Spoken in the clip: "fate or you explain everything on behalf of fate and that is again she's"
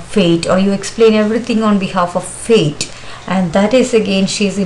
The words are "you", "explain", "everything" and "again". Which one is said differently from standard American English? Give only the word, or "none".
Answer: everything